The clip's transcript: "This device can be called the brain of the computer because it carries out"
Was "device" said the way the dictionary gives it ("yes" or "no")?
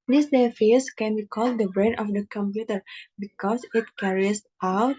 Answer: no